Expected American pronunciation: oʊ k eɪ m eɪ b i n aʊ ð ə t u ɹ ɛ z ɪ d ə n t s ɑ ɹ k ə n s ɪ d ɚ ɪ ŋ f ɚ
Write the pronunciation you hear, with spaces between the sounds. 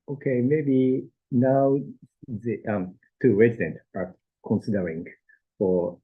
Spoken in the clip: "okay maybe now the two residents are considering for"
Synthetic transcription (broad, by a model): oʊ k eɪ m eɪ b i n aʊ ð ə t u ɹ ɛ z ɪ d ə n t ɑ ɹ k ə n s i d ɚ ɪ ŋ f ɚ